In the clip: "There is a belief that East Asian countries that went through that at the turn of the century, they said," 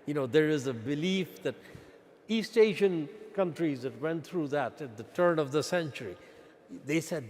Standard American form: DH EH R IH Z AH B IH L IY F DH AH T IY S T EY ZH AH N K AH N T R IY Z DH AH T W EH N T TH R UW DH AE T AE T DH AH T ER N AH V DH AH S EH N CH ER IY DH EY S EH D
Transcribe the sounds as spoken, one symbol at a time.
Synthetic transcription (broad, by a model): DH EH R IH Z AH B IH L IY F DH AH T IY S T EY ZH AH N K AH N T R IY Z DH AH T W EH N T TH R UW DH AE T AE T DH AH T ER N AH V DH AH S EH N CH ER IY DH EY S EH D